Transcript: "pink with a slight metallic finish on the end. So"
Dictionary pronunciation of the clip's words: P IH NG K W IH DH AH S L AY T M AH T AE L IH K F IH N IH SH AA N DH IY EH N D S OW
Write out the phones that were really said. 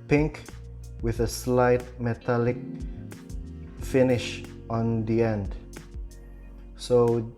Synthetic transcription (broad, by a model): P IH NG K W IH DH AH S L AY T M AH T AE L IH K F IH N IH SH AA N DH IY EH N D S OW